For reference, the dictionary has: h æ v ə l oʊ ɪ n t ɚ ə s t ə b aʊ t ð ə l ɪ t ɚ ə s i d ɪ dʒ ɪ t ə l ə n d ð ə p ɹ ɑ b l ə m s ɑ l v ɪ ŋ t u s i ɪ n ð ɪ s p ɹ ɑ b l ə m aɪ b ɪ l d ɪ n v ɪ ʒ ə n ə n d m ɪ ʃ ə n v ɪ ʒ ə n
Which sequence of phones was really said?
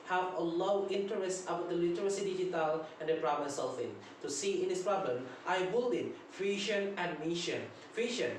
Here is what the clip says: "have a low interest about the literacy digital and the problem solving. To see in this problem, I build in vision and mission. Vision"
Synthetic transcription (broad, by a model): h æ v ə l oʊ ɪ n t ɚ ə s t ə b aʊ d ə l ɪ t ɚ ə s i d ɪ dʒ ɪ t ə l ə n d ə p ɹ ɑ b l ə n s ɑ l f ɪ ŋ t u s i ɪ n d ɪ s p ɹ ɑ b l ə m aɪ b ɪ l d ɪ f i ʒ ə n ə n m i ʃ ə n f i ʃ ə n